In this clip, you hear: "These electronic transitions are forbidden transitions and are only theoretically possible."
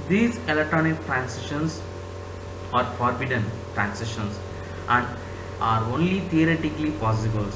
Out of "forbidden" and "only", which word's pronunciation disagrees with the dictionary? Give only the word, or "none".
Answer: none